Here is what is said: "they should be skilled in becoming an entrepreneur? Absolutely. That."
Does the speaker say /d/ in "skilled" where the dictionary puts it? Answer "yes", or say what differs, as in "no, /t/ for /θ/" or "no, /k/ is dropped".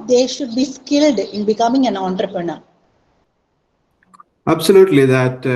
yes